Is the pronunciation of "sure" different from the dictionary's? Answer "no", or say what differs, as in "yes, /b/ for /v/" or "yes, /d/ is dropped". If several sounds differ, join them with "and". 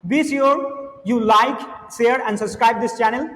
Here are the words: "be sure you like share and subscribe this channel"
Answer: yes, /s/ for /ʃ/